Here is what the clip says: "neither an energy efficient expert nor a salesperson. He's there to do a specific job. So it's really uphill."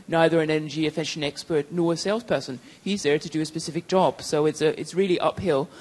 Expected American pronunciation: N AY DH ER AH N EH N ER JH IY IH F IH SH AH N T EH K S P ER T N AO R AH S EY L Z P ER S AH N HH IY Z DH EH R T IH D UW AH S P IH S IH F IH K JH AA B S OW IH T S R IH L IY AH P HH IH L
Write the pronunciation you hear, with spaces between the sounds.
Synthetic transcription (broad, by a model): N AY DH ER AH N EH N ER JH IY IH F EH SH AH N EH K S P ER T N AO R AH S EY L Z P ER S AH N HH IY Z DH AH R T IH D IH AH S P IH S IH F IH K JH AA B S OW IH T S R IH L IY AH P HH IH L